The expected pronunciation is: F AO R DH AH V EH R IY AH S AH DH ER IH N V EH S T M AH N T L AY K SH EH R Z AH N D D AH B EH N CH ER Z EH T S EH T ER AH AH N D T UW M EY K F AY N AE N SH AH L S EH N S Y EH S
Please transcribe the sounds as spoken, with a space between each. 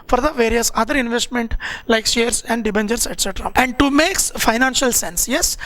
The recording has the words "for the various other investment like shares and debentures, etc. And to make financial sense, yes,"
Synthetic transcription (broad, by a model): F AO R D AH V EH R IY AH S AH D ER IH N V EH S T M AH N T L AY K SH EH R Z AH N D D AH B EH N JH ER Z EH T S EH T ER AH AH N D T UW M EY K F AY N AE N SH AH L S EH N S Y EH S